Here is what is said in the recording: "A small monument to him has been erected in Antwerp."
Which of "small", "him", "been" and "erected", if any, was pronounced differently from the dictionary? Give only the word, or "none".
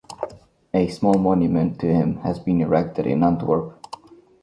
none